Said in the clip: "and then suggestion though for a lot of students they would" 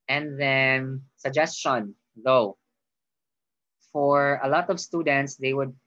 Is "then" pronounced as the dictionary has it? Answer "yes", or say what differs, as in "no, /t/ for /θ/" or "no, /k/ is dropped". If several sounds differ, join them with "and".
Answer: yes